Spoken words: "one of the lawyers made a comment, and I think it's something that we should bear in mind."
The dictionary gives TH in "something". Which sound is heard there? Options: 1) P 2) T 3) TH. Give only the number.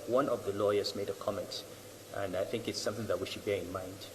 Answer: 3